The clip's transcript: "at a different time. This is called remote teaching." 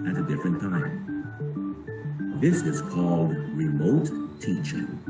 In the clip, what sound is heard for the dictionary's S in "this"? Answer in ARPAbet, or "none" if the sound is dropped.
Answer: S